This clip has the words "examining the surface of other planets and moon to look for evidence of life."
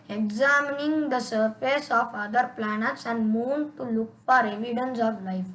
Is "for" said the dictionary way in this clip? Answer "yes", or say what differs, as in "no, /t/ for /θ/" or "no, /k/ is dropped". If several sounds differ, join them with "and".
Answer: no, /p/ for /f/